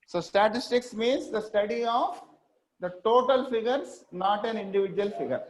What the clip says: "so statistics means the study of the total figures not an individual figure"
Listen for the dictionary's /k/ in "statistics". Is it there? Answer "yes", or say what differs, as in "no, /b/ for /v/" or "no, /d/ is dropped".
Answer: yes